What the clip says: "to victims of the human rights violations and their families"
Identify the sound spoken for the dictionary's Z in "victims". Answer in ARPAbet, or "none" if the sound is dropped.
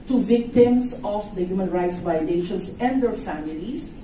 S